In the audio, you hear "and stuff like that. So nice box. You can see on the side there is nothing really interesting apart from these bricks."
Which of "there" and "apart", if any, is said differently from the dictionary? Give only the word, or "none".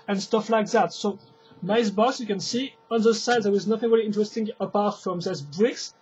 there